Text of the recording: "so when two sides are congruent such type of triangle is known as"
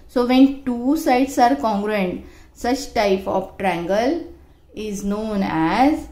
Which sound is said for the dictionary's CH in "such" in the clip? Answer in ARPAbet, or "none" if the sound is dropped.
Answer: CH